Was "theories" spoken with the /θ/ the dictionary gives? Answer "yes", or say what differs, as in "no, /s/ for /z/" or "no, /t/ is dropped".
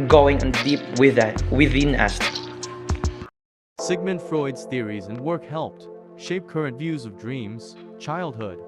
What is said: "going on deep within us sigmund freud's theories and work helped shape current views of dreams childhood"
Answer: yes